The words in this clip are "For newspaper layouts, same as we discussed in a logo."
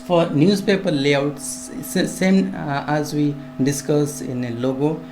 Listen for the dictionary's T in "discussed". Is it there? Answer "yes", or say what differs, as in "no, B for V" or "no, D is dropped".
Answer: no, T is dropped